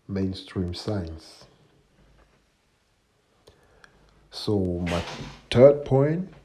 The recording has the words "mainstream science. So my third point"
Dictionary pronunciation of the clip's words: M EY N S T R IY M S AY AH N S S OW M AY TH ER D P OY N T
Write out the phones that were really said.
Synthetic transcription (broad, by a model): M EY N S T R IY M S AY N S S OW M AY T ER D P OY N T